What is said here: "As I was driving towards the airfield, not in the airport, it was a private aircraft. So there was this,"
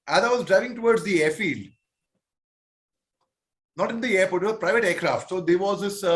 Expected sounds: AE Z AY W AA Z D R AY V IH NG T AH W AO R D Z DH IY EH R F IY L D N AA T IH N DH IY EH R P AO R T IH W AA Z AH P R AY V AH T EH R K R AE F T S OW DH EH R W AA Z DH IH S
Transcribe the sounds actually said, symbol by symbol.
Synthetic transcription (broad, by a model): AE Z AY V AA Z D R AY V IH NG T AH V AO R D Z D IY EH R F IY L D N AA T IH N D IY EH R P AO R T IH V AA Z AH P R AY V AH T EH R K R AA F T S OW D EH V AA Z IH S